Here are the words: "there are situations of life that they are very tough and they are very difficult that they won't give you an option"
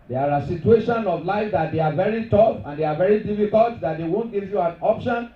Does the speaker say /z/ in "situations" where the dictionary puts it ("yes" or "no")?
no